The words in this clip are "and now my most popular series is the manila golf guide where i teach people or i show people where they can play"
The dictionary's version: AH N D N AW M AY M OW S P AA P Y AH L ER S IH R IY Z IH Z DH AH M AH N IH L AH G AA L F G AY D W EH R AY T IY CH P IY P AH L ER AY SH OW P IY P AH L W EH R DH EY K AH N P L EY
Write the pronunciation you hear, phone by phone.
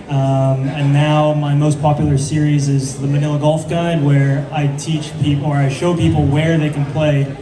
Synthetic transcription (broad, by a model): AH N N AW M AY M OW S P AA P Y L ER S IH R IY Z IH Z DH AH M AH N IH L AH G AA L F G AY D W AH R AY T IY CH P IY P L ER AY SH OW P IY P L W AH R DH EY K AH N P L EY